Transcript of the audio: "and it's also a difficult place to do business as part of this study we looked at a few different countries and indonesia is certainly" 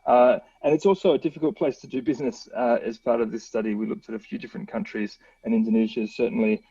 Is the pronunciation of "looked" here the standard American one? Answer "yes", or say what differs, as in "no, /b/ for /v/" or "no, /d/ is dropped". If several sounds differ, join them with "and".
yes